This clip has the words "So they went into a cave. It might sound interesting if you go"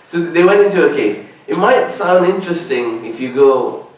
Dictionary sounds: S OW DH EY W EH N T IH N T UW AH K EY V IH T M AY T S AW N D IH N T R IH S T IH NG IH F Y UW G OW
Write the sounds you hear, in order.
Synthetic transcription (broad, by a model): S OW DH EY W EH N T IH N T UW AH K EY IH T M AY T S AW N D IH N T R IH S T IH NG IH F Y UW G OW